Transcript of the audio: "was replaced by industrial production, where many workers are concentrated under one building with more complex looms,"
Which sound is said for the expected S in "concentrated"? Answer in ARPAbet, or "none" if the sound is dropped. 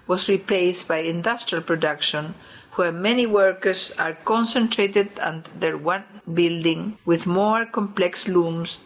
S